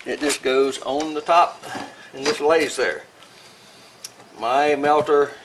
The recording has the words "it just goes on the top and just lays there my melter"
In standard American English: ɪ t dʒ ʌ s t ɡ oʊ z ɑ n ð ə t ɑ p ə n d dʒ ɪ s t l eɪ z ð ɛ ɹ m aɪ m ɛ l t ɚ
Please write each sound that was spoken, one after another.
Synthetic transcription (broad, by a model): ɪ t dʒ ʌ s ɡ oʊ z n ð ə t ɑ p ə n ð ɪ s l eɪ z ð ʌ ɹ m aɪ m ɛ l t ɚ